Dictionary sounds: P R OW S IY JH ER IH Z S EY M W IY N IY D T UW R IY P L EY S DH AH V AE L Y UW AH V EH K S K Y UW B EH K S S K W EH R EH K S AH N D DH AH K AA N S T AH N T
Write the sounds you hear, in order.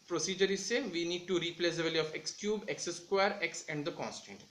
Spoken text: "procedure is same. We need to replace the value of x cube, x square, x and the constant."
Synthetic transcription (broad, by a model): P R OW S IY JH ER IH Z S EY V IY N IY D T UW R IY P L EY S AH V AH L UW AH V EH K S K Y UW B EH K S S K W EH R EH K S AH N D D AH K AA N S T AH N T